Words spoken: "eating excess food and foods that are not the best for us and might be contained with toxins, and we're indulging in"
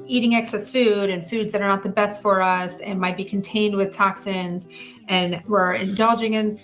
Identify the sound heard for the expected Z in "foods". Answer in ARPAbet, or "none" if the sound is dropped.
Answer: Z